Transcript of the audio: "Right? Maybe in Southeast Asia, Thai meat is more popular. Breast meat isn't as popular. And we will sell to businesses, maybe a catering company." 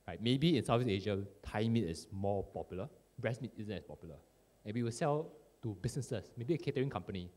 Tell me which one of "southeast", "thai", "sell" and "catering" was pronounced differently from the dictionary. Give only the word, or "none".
southeast